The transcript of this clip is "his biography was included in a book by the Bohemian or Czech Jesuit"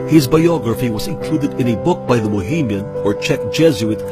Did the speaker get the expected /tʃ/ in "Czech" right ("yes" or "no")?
yes